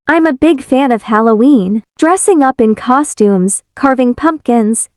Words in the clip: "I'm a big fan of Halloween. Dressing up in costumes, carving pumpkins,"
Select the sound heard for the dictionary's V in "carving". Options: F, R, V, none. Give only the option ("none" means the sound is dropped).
V